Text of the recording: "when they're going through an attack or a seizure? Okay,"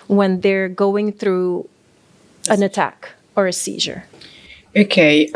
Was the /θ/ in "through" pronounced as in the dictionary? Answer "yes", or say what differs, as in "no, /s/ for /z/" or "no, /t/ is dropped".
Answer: yes